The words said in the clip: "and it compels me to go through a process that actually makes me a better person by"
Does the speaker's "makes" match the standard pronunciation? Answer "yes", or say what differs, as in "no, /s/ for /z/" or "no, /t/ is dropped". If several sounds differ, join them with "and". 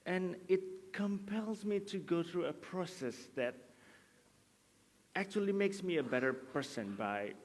yes